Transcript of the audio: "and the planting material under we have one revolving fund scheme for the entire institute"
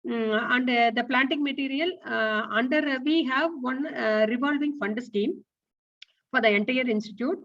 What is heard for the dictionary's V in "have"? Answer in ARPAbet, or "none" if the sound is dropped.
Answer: V